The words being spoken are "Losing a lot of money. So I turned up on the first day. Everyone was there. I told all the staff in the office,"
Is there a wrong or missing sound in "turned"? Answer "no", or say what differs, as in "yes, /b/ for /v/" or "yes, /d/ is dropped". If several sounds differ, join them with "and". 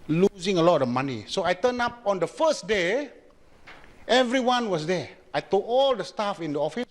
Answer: yes, /d/ is dropped